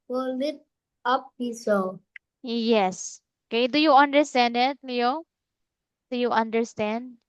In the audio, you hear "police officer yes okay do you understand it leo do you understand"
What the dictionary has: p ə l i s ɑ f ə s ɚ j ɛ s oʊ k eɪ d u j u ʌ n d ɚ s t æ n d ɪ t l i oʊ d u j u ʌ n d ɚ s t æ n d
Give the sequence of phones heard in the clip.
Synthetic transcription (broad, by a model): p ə l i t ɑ p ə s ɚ j ɛ s oʊ k eɪ d u j u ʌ n d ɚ s t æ n d ɪ t l i oʊ d u j u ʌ n d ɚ s t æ n d